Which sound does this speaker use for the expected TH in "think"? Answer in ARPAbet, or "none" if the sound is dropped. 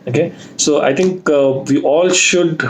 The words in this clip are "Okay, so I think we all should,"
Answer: T